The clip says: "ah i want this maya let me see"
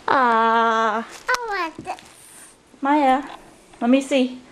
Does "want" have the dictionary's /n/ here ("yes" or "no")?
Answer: no